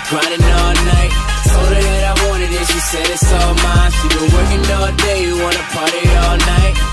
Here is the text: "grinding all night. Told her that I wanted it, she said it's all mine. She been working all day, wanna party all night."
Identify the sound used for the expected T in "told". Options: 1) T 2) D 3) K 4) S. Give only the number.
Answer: 4